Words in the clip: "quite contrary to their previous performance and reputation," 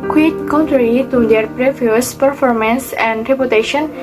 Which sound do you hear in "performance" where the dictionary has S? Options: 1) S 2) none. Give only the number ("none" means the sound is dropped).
1